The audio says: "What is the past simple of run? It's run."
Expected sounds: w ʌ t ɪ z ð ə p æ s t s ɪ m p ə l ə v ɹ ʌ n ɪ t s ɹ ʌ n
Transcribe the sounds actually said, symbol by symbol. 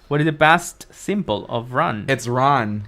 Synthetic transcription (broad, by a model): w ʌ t ɪ z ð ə b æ s t s ɪ m b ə l ə v ɹ ʌ n ɪ t s ɹ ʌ n